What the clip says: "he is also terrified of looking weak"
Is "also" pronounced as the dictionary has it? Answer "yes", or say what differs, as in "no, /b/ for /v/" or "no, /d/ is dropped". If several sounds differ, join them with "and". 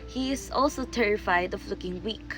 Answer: yes